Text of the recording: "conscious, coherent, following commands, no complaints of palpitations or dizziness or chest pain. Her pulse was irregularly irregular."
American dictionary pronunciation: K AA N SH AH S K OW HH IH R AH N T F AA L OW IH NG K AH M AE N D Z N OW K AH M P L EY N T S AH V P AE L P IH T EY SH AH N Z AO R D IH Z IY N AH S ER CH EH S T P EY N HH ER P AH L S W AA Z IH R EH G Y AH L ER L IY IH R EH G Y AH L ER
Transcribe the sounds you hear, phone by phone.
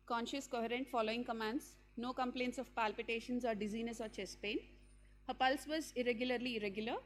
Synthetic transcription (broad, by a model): K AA N SH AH S K OW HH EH R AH N T F AA L OW IH NG K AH M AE N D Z N OW K AH M P L EY N T S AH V P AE L P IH T EY SH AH N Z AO R D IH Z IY N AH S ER CH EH S P EY N HH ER P AH L S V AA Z IH R EH G Y AH L ER L IY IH R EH G Y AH L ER